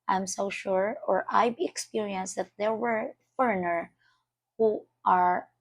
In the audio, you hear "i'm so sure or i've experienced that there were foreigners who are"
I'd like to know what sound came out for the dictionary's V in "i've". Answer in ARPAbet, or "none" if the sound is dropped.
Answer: B